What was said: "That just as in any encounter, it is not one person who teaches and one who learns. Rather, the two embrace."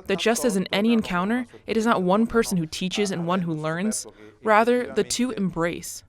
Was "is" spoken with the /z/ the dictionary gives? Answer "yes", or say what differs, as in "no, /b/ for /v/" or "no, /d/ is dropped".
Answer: yes